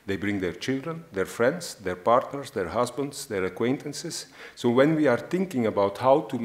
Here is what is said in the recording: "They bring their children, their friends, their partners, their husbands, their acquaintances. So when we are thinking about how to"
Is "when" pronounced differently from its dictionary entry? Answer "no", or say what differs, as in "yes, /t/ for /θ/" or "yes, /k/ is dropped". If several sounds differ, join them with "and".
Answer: no